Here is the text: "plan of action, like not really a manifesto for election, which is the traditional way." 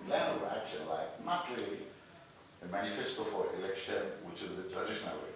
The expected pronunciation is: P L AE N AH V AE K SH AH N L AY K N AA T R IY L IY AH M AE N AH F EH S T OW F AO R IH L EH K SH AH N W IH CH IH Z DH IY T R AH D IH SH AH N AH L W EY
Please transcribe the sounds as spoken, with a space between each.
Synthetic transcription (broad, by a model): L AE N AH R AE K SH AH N L AY K N AA T R IY L IY AH M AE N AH F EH S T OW F AO R IH L EH K SH AH N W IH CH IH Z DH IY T R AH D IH SH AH N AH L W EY